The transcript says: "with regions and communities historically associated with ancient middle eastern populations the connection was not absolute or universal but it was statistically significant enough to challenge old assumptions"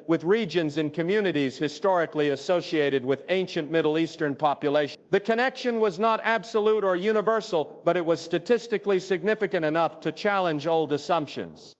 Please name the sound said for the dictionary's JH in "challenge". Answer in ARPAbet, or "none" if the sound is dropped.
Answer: JH